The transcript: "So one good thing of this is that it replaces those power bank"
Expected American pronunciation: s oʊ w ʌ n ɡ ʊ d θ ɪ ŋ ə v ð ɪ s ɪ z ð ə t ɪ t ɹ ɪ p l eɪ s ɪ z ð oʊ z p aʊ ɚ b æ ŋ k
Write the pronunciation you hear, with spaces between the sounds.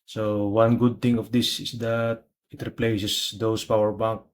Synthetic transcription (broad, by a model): s oʊ w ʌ n ɡ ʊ d t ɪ ŋ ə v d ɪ s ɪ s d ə t ɪ t ɹ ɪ p l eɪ s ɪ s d oʊ s p aʊ ɚ b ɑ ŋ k